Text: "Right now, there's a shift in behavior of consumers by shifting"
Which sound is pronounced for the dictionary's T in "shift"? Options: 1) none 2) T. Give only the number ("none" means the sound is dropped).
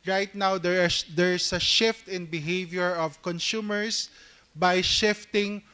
2